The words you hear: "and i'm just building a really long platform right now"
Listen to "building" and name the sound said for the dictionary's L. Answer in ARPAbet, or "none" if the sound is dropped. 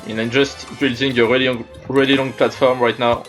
L